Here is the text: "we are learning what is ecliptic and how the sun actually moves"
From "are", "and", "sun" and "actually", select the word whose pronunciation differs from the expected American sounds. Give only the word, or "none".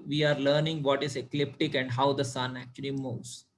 none